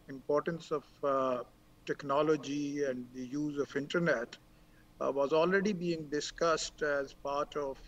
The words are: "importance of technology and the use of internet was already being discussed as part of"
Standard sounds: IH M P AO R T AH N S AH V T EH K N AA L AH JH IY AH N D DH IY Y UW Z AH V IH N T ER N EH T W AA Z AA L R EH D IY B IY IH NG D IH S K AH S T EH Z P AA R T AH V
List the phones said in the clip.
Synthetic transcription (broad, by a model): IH M P AO R T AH N S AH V T EH K N AA L AH JH IY AH N D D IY Y UW Z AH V IH N T ER N EH T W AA Z AA L R EH D IY B IY IH NG D IH S K AH S T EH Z P AA R T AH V